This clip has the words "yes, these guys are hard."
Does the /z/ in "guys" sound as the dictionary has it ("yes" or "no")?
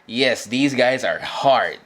yes